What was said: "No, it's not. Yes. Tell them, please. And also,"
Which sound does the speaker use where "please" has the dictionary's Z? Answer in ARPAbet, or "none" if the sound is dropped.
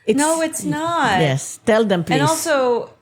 none